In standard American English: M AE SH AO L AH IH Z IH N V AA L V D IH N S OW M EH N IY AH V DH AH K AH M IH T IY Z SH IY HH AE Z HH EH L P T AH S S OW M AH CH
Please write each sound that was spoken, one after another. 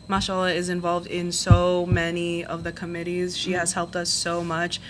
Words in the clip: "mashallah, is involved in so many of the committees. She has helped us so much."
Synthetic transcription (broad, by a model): M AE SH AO L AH IH Z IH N V AA L V D IH N S OW M EH N IY AH V DH AH K AH M IH T IY Z SH IY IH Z HH EH L P T AH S S OW M AH CH